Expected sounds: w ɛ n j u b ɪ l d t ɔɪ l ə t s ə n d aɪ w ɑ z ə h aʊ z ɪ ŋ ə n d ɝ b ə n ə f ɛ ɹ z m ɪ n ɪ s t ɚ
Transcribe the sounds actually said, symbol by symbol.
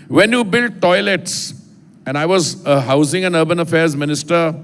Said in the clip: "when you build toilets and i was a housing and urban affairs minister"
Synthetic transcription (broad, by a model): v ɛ n j u b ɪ l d t ɔɪ l ə t s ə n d aɪ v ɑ z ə h aʊ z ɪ ŋ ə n ɝ b ə n ə f ɛ ɹ z m ɪ n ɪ s t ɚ